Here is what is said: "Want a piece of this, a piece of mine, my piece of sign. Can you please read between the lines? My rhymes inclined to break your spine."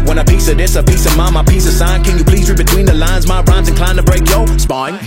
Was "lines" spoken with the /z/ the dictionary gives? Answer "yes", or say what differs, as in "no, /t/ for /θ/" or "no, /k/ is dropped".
yes